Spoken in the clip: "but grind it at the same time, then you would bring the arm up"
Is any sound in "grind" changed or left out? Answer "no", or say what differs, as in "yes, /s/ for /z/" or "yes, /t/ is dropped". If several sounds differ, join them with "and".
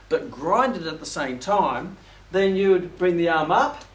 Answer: no